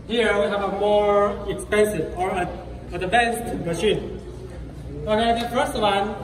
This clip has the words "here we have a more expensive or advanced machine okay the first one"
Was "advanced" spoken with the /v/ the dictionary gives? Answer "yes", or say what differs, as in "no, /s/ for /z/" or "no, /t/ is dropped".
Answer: no, /b/ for /v/